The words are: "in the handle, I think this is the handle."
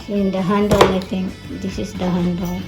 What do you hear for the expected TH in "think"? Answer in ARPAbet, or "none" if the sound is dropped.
T